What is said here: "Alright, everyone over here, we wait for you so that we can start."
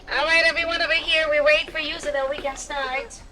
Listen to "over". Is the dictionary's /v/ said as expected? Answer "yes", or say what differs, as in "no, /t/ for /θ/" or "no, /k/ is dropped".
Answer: no, /b/ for /v/